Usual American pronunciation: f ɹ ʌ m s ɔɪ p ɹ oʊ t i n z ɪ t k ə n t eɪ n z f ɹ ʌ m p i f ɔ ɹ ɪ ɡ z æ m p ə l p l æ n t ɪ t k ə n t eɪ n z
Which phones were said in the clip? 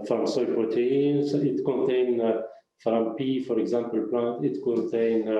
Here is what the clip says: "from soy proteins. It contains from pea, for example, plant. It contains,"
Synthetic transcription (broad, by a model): f ɹ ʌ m s ɔɪ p ɹ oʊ t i n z ɪ t k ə n t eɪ n f ɹ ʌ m p i f ɔ ɹ ɪ ɡ z æ m p ə l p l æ n t ɪ t k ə n t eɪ n